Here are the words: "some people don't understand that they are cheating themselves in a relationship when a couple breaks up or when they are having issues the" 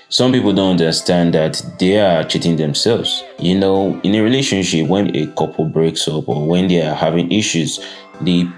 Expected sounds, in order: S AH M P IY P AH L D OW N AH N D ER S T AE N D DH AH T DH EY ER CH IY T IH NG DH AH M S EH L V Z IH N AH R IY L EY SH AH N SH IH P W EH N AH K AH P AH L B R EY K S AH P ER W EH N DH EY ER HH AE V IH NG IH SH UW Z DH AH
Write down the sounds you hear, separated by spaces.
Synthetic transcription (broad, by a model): S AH M P IY P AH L D OW N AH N D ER S T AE N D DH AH T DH EY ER CH IY T IH NG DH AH M S EH L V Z IH N AH R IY L EY SH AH N SH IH P W EH N AH K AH P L B R EY K S AH P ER W EH N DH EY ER HH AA V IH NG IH SH UW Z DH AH